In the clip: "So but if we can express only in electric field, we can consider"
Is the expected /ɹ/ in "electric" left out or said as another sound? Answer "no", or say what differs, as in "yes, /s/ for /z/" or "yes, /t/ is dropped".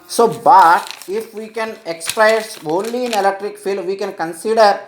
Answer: no